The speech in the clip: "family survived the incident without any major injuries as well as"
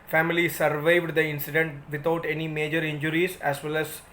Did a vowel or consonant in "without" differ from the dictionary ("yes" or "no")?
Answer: yes